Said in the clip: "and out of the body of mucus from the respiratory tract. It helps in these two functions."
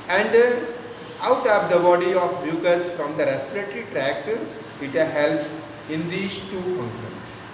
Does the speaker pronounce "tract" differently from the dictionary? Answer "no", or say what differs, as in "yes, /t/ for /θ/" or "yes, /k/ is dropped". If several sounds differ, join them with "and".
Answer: no